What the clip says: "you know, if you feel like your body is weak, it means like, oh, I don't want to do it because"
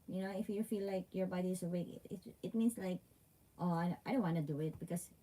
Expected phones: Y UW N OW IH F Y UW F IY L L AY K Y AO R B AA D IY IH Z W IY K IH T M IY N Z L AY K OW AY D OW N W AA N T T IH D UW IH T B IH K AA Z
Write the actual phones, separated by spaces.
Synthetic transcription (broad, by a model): Y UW N OW IH F Y UW F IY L L AY K Y AO R B AA D IY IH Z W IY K IH T M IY N S L AY K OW AY D OW N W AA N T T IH D UW IH T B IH K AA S